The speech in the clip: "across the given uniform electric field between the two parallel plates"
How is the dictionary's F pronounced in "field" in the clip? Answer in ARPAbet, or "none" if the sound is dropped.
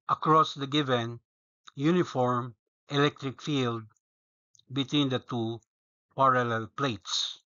F